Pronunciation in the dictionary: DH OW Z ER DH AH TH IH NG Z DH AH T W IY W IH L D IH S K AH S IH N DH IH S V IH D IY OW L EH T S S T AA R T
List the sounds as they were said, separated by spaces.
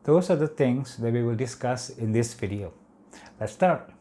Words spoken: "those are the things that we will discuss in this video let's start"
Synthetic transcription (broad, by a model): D OW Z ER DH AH T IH NG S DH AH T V IY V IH L D IH S K AH S IH N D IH S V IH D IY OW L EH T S S T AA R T